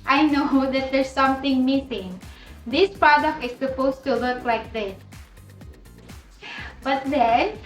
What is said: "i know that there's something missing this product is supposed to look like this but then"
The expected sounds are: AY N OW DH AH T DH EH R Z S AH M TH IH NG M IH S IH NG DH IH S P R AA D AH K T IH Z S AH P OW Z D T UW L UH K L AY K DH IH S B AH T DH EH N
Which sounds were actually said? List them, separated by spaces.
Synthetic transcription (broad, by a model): AY N OW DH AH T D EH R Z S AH M T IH NG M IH S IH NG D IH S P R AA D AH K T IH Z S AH P OW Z T UW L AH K L AY K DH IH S B AH T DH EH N